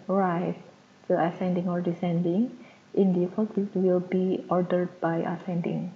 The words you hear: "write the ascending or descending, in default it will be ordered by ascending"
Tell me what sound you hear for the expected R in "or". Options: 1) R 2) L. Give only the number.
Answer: 1